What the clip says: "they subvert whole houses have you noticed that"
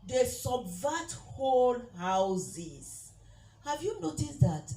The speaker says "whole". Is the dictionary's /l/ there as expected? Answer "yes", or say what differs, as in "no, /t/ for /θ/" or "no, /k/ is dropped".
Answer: no, /n/ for /l/